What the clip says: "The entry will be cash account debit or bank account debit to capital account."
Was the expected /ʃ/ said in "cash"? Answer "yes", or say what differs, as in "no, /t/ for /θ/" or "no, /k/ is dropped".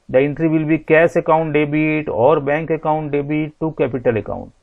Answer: no, /s/ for /ʃ/